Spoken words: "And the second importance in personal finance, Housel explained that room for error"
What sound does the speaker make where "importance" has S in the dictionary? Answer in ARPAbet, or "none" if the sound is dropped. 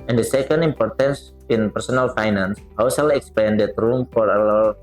S